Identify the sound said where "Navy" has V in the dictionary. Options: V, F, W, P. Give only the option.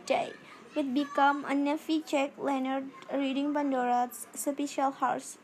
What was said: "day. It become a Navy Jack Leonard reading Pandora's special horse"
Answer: F